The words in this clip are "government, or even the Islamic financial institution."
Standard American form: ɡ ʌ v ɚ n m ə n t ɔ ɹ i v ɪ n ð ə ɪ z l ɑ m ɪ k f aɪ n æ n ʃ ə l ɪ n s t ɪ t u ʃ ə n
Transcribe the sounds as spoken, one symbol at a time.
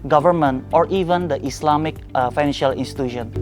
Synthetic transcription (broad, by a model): ɡ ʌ v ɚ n m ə n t ɔ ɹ i v ɪ n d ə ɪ s l ɑ m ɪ k f aɪ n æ n ʃ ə l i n s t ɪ t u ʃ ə n